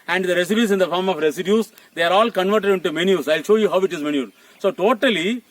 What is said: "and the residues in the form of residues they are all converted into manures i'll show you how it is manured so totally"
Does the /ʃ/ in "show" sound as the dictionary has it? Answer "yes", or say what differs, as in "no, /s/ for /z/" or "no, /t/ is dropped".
yes